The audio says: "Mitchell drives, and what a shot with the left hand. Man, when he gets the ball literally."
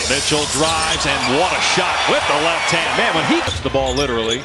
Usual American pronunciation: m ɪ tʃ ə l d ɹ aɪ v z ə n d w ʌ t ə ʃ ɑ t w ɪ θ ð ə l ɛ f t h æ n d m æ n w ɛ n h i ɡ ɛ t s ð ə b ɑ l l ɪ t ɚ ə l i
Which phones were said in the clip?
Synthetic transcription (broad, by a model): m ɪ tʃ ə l d ɹ aɪ v z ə n w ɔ t ə ʃ ɑ t w ɪ ð ə l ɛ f t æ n m æ n w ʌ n h i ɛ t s ð ə b ɑ l l ɪ t ɚ l i